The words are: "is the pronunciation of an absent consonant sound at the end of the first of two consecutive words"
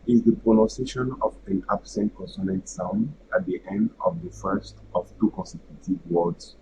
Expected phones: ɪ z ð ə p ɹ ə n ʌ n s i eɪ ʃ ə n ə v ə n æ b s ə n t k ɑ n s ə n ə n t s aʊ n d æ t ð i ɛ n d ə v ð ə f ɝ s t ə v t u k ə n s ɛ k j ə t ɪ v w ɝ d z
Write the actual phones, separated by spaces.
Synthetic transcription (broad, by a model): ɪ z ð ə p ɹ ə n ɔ s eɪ ʃ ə n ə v ə n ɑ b s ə n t k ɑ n s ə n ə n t s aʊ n æ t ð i ɛ n d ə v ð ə f ɝ s t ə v t u k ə n s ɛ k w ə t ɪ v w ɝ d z